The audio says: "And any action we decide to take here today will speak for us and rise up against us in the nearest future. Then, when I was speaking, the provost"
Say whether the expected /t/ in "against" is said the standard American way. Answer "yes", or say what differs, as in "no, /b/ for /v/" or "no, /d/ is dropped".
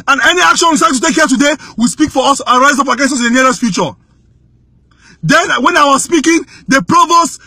no, /t/ is dropped